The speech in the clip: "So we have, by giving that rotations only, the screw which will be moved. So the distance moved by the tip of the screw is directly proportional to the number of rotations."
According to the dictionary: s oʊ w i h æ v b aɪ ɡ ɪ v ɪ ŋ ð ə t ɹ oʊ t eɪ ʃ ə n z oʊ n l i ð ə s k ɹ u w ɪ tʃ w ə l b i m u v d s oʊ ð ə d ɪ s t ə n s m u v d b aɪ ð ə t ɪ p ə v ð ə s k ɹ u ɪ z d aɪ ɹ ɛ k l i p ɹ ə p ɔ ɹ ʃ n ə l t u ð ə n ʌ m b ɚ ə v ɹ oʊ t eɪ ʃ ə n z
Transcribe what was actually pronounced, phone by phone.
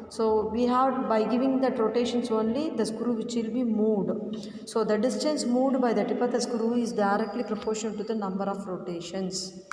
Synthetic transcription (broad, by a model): s oʊ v i h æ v b aɪ ɡ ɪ v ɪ ŋ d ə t ɹ oʊ t eɪ ʃ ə n s oʊ n l i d ə s k ɹ u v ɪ tʃ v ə l b i m u d s oʊ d ə d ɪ s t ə n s m u d b aɪ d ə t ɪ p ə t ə s k ɹ u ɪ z d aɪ ɹ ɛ k l i p ɹ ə p ɔ ɹ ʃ ə n t u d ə n ʌ m b ɚ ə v ɹ oʊ t eɪ ʃ ə n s